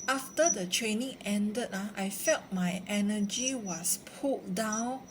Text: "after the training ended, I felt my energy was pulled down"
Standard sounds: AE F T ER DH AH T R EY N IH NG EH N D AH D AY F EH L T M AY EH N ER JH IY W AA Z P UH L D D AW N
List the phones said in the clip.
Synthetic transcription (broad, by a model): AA F T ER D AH T R EY N IH NG EH N D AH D AY F EH L T M AY EH N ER JH IY W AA S P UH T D D AW N